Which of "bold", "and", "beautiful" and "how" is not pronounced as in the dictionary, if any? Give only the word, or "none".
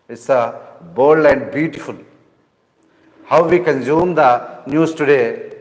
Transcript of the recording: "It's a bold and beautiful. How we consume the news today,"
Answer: bold